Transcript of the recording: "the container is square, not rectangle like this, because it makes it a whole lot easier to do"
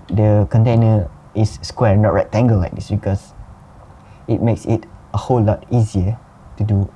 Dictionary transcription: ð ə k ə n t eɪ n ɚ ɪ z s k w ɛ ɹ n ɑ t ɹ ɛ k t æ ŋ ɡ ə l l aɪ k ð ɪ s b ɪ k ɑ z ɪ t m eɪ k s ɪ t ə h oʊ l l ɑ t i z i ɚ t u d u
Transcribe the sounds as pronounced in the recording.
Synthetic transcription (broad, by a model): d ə k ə n t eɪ n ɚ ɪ s k w ɛ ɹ n ɑ t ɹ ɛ t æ ŋ ɡ ə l l aɪ k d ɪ s b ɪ k ɑ s ɪ t m eɪ k s ɪ t ə h oʊ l l ɑ t i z i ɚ t u d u